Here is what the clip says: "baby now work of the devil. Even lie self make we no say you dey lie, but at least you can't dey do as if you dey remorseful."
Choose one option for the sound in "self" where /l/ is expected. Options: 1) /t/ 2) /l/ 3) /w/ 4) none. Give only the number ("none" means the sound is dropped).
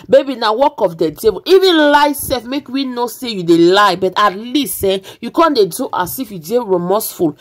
4